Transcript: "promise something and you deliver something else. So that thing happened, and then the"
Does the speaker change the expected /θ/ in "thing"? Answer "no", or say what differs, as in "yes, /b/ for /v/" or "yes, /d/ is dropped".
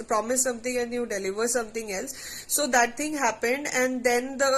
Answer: yes, /t/ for /θ/